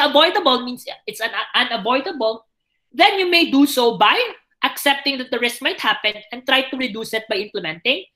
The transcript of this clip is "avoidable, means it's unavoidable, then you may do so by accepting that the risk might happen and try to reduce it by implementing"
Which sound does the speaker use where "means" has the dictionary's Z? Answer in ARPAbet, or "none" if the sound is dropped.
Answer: S